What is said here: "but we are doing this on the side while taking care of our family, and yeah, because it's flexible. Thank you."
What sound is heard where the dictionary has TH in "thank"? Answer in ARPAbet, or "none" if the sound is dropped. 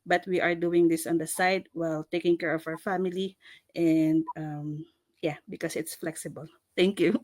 T